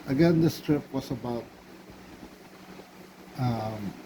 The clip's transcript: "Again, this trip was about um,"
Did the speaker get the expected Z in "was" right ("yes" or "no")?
no